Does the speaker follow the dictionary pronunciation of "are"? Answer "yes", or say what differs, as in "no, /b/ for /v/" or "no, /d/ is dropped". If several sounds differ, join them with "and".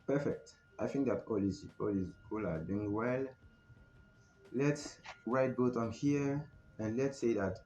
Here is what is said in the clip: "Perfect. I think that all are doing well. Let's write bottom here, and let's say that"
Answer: no, /l/ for /ɹ/